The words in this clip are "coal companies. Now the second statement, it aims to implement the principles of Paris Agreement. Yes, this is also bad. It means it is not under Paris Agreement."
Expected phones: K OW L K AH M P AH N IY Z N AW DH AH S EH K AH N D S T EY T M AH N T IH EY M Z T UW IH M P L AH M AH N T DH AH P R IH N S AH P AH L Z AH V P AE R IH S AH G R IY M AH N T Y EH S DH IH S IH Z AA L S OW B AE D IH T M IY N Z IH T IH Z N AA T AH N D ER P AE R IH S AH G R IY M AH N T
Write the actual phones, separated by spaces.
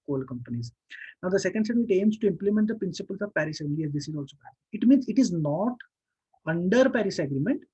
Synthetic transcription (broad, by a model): K OW L K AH M P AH N IY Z N AW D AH S EH K AH N D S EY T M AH T EY M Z T UW IH M P L AH M AH N T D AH P R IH N S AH P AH L S AH V P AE R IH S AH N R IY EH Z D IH S IH Z AA L S OW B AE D IH T M IY N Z IH T IH Z N AA T AH N D ER P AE R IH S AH G R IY M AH N T